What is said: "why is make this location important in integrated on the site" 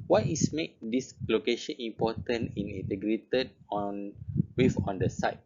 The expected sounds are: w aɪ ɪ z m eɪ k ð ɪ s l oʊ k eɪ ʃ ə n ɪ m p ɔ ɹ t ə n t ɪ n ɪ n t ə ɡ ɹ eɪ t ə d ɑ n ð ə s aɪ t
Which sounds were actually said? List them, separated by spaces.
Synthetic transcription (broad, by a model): w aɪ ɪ s m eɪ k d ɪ s l oʊ k eɪ ʃ ə n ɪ m p ɔ t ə n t ɪ n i n t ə ɡ ɹ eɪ t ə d ɑ n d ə s aɪ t